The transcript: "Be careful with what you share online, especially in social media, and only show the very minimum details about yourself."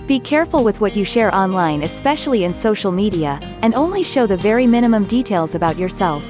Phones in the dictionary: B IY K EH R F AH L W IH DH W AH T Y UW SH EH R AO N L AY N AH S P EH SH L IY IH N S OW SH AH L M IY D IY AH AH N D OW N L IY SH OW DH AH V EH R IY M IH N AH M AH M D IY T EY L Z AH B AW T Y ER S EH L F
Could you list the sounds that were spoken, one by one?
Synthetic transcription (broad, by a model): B IY K EH R F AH L W IH DH W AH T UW SH EH R AO N L AY N AH S P EH SH L IY IH N S OW SH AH L M IY D IY AH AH N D OW N L IY SH OW DH AH V EH R IY M IH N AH M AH M D IY T EY L Z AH B AW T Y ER S EH L F